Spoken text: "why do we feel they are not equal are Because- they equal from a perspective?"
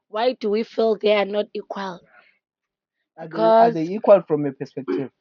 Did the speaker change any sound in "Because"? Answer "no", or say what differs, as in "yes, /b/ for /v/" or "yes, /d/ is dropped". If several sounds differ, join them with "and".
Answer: yes, /k/ is dropped